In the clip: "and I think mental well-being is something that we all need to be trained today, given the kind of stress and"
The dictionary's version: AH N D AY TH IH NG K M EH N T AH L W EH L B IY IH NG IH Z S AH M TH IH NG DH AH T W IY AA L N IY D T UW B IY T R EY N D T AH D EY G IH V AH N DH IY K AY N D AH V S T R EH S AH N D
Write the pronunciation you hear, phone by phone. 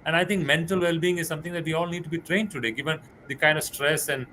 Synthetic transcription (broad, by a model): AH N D AY T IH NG K M EH N T AH L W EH L B IY IH NG IH Z S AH M T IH NG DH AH T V IY AA L N IY D T UW B IY T R EY N D T AH D EY G IH V AH N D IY K AY N D AH V S T R EH S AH N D